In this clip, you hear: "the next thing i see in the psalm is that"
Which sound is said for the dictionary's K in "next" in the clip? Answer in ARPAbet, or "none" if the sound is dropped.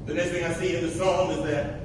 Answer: none